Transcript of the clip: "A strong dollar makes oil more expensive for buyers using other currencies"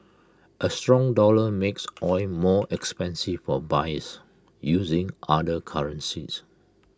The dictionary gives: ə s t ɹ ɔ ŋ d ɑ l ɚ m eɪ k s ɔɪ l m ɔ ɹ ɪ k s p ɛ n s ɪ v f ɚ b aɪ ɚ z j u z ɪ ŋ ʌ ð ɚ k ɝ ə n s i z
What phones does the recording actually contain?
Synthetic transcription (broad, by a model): ə s t ɹ ɔ ŋ d ɑ l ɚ m eɪ k s ɔɪ m ɔ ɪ k s p ɛ n s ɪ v f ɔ b aɪ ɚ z j u z ɪ ŋ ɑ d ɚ k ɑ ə n s i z